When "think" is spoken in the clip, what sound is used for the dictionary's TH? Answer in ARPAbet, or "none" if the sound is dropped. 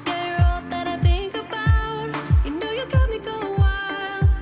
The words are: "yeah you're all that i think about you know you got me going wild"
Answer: TH